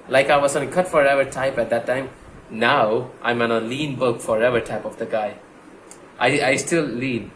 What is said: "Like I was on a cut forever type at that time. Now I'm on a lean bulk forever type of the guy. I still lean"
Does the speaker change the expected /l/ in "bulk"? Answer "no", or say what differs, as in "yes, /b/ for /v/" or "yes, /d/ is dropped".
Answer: yes, /l/ is dropped